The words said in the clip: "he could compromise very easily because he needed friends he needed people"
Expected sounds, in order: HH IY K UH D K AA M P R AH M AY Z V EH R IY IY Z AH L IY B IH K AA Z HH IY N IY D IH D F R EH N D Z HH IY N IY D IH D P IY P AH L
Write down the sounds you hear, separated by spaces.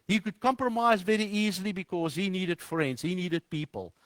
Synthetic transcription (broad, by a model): HH IY K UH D K AA M P R AH M AY Z V EH R IY IY Z AH L IY B IH K AA Z HH IY N IY D IH D F R EH N D Z HH IY N IY D IH D P IY P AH L